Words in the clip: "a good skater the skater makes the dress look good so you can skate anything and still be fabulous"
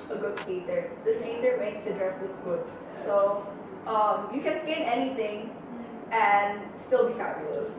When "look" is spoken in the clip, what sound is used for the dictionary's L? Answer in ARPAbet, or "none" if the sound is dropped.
W